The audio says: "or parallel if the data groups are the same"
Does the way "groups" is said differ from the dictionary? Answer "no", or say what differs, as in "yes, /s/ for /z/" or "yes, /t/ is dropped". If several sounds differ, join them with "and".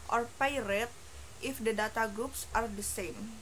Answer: no